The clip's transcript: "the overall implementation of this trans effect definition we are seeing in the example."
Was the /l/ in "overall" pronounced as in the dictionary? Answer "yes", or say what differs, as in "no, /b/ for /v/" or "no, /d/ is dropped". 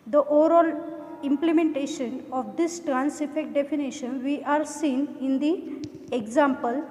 yes